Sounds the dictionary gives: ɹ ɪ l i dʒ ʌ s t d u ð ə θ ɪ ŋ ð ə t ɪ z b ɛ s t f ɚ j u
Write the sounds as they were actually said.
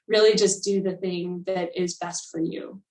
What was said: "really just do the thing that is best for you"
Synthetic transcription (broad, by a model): ɹ ɪ l i dʒ ʌ s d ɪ ð ə θ ɪ ŋ ð ə t ɪ z b ɛ s t f ɚ j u